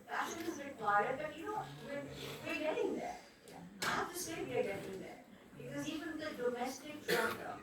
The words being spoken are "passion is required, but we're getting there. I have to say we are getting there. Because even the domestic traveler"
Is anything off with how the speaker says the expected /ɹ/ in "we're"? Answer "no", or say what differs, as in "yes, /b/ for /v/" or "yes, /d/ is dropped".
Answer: yes, /w/ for /ɹ/